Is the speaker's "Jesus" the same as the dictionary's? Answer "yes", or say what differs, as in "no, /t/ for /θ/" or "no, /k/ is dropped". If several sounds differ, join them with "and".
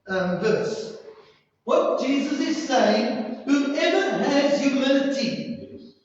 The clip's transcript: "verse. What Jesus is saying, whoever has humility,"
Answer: yes